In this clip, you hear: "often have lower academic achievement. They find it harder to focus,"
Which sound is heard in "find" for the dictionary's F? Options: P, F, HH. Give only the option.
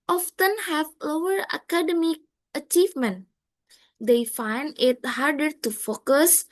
F